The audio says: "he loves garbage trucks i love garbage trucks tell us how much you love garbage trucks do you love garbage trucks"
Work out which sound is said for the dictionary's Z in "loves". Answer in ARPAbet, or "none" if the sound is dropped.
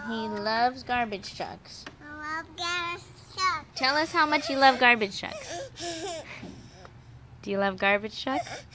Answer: Z